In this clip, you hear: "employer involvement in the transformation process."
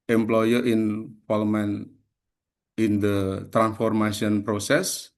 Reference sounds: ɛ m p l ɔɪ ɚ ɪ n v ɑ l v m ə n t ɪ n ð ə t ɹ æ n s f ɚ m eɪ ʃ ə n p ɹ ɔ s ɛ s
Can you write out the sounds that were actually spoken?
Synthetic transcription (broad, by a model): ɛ m p l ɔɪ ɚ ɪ n p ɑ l m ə n ɪ n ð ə t ɹ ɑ n s f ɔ m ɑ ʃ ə n p ɹ ɔ s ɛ s